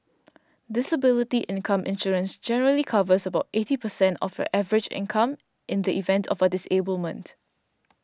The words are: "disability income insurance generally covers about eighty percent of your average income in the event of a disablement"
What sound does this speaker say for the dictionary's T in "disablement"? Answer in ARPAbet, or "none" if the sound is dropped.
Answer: T